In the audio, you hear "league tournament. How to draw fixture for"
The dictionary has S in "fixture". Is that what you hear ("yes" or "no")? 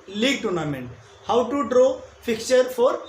no